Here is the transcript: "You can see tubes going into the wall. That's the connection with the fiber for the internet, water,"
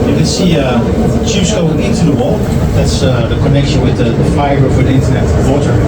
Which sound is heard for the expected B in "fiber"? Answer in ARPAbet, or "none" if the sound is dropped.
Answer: none